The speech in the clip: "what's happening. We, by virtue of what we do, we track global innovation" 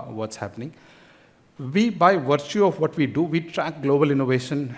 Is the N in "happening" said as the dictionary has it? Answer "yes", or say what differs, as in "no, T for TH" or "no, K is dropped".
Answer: yes